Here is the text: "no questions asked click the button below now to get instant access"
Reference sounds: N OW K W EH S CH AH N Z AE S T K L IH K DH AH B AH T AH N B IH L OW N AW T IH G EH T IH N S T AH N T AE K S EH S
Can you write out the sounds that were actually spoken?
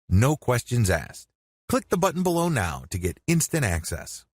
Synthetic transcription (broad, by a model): N OW K W EH S CH AH N Z AE S K L IH K DH AH B AH T N B IH L OW N AW T IH G EH T IH N S T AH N T AE K S EH S